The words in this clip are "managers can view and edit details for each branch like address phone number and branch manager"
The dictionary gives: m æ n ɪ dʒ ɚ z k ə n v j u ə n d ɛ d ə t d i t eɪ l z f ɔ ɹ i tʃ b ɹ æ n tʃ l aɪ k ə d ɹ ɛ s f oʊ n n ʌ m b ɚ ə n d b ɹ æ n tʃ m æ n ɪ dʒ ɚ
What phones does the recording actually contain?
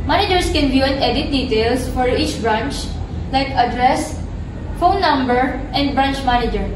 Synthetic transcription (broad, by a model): m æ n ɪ dʒ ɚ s k ə n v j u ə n ɛ d ə t d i t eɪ l s f ɔ ɹ i tʃ b ɹ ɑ n tʃ l aɪ k ə d ɹ ɛ s f oʊ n n ʌ m b ɚ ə n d b ɹ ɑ n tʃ m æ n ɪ dʒ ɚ